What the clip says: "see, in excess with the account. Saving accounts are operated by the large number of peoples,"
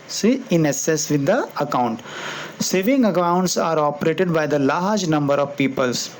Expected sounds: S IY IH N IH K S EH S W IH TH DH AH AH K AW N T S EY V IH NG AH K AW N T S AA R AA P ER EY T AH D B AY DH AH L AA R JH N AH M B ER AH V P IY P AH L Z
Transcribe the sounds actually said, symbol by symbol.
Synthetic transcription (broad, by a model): S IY IH N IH S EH S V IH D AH AH K AW N T S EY V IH NG AH K AW N T S AA R AA P ER EY T AH D B AY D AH L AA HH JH N AH M B ER AH V P IY P AH L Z